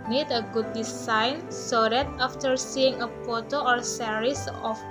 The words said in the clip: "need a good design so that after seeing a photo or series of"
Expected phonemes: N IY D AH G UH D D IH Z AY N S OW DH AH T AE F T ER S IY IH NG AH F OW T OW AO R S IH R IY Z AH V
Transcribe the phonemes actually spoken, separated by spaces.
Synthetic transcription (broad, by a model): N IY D AH G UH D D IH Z AY N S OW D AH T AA F T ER S IY IH NG AH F OW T OW AO R S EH R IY S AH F